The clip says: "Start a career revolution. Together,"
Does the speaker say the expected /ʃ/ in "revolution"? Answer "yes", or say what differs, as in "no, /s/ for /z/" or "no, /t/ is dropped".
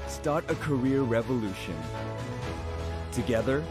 yes